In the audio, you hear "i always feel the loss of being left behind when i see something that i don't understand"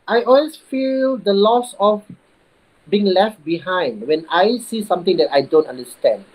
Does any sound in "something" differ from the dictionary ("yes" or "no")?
yes